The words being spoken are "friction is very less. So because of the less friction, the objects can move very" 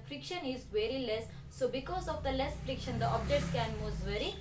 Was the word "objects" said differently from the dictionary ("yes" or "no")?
yes